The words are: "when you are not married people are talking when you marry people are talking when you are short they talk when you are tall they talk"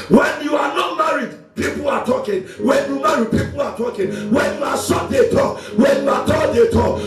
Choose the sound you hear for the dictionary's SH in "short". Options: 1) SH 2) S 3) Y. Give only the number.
2